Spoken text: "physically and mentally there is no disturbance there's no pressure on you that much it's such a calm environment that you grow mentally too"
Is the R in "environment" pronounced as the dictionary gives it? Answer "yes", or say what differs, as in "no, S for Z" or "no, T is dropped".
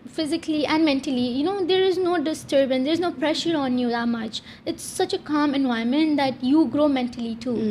no, R is dropped